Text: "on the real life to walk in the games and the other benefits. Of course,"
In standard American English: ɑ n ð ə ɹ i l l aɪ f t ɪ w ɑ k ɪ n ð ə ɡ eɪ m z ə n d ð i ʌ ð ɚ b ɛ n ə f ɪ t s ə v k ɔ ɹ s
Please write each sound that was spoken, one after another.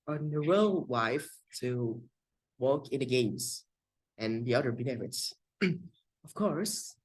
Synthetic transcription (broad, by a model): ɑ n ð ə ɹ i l w aɪ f t ɪ w ɑ k ɪ n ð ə ɡ eɪ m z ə n ð i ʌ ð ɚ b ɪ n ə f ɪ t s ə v k ɔ ɹ s